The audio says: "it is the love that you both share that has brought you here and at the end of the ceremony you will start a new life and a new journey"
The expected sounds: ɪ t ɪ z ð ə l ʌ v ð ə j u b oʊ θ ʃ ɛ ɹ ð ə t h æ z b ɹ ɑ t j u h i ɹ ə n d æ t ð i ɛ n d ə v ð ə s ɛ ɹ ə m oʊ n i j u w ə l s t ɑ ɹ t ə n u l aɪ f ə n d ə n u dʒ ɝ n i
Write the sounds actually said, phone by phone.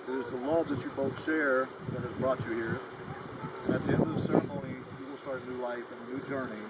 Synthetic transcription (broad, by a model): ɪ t ɪ z ð ə l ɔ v ð ə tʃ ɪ b oʊ θ ʃ ɛ ɹ ð ə t h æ z b ɹ ɑ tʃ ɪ h i ɹ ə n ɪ t ð i ɛ n d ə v ð ə s ɛ ɹ ə m oʊ n i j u w ə l s t ɑ ɹ t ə n u l aɪ f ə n ə n u dʒ ɝ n i